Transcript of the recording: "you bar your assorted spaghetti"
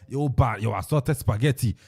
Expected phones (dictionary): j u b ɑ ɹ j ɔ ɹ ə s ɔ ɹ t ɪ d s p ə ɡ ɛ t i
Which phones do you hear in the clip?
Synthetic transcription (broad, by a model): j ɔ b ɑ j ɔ w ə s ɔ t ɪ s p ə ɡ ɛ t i